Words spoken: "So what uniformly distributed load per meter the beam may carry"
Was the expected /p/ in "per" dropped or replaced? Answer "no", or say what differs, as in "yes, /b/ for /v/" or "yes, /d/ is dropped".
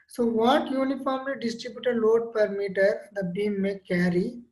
no